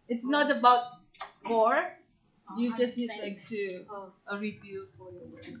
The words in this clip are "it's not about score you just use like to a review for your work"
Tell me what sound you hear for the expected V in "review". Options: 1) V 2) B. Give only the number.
2